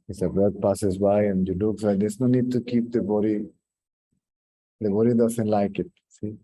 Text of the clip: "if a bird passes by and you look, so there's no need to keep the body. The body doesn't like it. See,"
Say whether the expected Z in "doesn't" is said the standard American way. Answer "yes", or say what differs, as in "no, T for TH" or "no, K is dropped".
no, S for Z